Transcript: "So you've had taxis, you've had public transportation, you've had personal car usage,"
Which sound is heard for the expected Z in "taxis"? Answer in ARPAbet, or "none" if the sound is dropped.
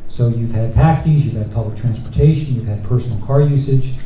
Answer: Z